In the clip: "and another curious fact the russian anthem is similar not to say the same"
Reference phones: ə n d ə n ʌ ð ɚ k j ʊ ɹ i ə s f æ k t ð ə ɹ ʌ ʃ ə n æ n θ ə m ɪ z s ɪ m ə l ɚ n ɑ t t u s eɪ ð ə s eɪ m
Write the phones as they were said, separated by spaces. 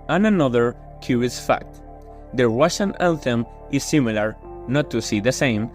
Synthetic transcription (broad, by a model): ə n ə n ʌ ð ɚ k j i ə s f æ k t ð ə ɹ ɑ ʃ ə n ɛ l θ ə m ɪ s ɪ m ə l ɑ n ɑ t t u s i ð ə s eɪ m